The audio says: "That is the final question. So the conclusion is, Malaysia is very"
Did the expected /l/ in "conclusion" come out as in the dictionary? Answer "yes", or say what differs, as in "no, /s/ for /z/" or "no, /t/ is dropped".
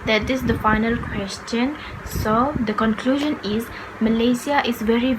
yes